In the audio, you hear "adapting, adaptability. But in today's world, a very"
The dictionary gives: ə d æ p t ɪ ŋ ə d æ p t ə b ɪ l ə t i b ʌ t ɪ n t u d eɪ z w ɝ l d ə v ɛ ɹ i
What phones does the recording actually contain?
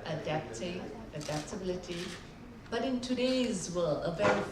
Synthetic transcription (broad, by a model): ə d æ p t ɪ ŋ ə d æ p t ə b ɪ l ə t i b ʌ t ɪ n t u d eɪ z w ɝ l ə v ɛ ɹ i